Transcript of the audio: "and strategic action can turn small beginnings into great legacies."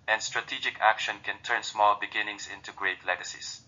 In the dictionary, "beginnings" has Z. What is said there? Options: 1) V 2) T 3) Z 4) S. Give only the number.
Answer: 4